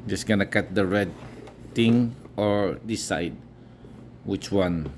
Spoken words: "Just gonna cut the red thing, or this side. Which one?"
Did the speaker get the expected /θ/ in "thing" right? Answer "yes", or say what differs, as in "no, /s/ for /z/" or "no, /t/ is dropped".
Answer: no, /t/ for /θ/